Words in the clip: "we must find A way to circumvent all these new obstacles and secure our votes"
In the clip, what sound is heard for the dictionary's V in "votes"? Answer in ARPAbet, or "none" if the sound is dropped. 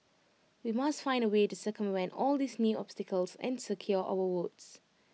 W